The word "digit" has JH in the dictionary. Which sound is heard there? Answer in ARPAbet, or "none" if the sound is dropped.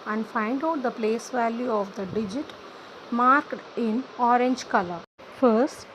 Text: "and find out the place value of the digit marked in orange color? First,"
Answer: JH